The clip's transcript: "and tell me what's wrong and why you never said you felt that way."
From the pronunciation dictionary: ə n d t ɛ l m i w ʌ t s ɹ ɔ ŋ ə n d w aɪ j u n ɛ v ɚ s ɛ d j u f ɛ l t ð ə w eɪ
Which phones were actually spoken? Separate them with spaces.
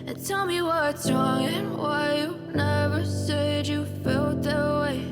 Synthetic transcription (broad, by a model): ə n t ɛ l m i w ʌ t s ɹ ɔ ŋ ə n w aɪ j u n ɛ v ɚ s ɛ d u f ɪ l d ð ə w eɪ